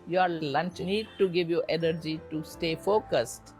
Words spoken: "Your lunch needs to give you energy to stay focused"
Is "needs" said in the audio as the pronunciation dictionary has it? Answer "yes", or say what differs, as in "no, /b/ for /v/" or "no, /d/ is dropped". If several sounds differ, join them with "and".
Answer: no, /z/ is dropped